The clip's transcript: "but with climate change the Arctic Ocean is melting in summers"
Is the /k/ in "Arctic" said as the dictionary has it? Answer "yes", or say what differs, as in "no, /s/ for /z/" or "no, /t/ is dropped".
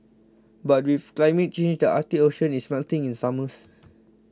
no, /k/ is dropped